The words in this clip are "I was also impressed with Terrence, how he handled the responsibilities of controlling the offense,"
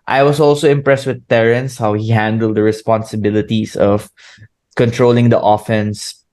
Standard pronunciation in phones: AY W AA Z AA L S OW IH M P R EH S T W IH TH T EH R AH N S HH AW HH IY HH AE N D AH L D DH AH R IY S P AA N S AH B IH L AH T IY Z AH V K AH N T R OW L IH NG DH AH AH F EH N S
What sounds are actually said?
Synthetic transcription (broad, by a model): AY W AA S AA L S OW IH M P R EH S T W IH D T EH R AH N S HH AW HH IY HH AE N D AH L D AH R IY S P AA N S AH B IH L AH T IY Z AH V K AH N T R OW L IH NG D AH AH F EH N S